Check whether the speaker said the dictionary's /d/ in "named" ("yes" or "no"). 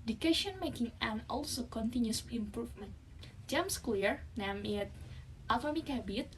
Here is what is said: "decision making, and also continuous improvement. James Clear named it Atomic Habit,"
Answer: no